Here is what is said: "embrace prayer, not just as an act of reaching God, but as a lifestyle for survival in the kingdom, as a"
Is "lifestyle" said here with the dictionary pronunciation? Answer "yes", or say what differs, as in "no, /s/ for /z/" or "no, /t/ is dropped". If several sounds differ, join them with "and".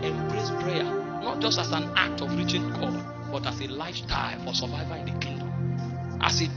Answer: no, /s/ is dropped